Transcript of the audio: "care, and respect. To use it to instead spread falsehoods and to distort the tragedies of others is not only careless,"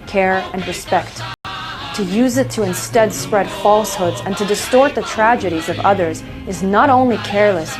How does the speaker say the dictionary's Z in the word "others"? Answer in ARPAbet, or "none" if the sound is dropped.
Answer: Z